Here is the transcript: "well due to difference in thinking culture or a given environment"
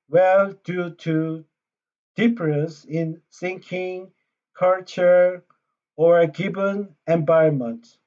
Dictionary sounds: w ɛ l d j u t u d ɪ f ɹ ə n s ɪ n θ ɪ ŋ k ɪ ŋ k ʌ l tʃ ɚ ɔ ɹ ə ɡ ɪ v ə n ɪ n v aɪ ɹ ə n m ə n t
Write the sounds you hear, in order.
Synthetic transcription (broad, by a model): w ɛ l d j u t u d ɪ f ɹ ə s ɪ n s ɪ ŋ k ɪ ŋ k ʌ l tʃ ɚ ɔ ɹ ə ɡ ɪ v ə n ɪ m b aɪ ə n m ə n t